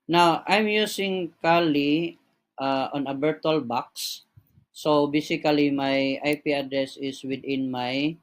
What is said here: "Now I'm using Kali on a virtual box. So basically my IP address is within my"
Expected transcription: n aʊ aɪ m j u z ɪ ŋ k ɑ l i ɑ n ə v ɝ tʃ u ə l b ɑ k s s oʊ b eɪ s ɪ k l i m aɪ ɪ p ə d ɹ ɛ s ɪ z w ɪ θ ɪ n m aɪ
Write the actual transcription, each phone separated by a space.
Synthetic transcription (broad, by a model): n aʊ aɪ m j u s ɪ ŋ k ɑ l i ɑ n ə b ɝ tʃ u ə l b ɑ k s s oʊ b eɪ s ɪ k l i m aɪ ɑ p ə d ɹ ɛ s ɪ s w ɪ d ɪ n m aɪ